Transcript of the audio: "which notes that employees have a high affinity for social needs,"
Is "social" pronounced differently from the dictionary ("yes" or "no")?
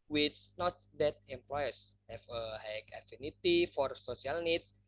yes